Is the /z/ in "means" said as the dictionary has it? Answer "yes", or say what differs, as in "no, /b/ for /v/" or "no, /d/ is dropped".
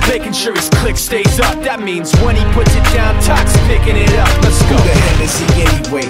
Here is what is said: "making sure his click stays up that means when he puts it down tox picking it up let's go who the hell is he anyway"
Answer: yes